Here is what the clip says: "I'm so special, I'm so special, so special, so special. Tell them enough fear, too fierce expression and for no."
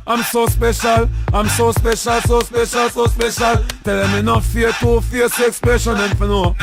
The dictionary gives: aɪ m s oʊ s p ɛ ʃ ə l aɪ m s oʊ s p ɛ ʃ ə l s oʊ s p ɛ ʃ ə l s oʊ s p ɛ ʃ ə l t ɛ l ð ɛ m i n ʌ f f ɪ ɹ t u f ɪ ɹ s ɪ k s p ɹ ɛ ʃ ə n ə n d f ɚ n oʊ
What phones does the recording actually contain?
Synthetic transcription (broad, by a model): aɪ m s oʊ s p ɛ ʃ ə l aɪ m s oʊ s p ɛ ʃ ə l s oʊ s p ɛ ʃ ə l s oʊ s p ɛ ʃ ə l t ɛ l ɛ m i n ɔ f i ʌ t u f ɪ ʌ s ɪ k s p ɛ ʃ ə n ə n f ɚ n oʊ